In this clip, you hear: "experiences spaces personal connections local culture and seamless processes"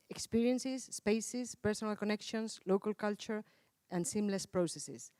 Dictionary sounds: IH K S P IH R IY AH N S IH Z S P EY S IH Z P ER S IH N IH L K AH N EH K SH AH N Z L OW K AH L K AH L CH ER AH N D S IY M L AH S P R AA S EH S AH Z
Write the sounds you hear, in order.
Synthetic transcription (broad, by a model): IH K S P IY R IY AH N S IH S P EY S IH S P ER S IH N IH L K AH N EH K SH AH N S L OW K AH L K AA L CH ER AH N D S IY M L AH S P R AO S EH S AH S